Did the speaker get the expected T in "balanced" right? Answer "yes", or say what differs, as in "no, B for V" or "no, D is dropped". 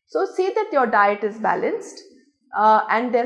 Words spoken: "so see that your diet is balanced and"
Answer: yes